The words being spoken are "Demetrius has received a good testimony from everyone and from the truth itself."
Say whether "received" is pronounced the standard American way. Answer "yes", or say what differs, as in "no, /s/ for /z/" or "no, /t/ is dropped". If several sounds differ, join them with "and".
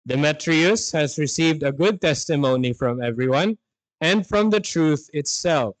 yes